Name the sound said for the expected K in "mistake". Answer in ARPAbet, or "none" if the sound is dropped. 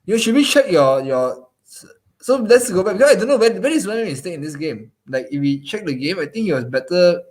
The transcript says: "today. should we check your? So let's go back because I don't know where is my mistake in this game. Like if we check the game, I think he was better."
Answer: none